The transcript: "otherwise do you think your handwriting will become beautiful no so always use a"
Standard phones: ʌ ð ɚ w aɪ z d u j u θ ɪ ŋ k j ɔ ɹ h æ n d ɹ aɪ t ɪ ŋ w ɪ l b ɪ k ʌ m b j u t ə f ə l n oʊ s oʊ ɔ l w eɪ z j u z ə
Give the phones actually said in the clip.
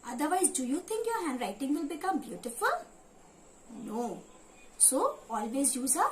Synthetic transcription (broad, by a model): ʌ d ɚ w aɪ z d u j u t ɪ ŋ k j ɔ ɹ h æ n d ɹ aɪ t ɪ ŋ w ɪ l b ɪ k ʌ m b j u t ə f ə l n oʊ s oʊ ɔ l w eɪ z j u z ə